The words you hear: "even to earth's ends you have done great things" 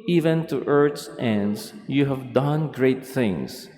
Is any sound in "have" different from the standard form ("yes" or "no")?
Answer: no